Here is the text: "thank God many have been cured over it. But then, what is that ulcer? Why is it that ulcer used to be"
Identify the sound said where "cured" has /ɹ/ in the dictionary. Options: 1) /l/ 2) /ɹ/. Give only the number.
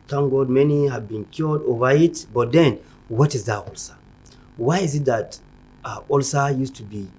1